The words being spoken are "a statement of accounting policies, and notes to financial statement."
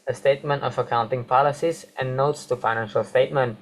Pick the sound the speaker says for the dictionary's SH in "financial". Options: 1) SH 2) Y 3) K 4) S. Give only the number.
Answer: 1